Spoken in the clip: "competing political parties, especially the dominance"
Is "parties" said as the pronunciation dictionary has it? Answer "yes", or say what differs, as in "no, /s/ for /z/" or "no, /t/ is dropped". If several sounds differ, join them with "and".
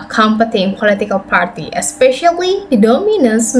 no, /z/ is dropped